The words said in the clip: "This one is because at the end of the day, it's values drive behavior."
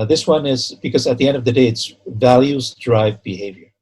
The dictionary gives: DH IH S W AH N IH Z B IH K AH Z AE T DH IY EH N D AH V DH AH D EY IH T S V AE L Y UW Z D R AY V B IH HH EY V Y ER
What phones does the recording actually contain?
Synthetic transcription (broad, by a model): DH IH S W AH N IH Z B IH K AH Z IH T DH IY EH N D AH V DH AH D EY IH T S V AE L Y UW Z D R AY V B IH HH EY V Y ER